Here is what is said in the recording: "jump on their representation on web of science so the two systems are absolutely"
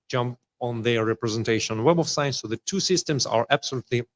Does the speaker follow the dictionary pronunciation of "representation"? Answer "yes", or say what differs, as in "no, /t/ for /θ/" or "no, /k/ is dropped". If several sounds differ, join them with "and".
no, /ʃ/ is dropped